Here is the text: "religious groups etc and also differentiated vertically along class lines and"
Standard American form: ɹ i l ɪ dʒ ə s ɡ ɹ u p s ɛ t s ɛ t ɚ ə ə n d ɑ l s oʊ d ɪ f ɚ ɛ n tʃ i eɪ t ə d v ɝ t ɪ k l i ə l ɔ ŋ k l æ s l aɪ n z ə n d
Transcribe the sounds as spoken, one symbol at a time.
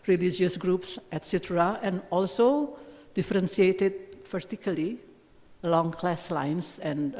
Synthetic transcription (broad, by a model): ɹ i l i dʒ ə s ɡ ɹ u p s ɛ t s ɛ t ɚ ə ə n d ɑ l s oʊ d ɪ f ɚ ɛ n s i eɪ t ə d p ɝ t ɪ k l i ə l ɔ ŋ k l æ s l aɪ n s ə n